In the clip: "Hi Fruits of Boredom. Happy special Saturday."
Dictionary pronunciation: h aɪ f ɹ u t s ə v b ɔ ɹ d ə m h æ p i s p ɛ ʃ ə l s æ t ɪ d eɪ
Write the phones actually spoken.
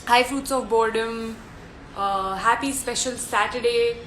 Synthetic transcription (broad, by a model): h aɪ f ɹ u t s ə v b ɔ ɹ d ə m h æ p i s p ɛ ʃ ə l s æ t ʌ d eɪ